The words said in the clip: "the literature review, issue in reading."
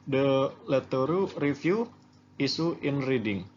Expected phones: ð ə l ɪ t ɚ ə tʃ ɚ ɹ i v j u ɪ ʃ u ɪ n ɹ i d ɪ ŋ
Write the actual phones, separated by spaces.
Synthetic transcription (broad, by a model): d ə l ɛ t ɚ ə ɹ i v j u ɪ s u ɪ n ɹ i d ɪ ŋ